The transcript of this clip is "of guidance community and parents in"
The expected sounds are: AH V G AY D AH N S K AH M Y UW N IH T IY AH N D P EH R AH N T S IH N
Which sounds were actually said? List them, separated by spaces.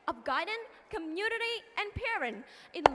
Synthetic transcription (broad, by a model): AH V G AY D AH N K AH M Y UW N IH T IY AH N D P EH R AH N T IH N